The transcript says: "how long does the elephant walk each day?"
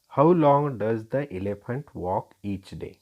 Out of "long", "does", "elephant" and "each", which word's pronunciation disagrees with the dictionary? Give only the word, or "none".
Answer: none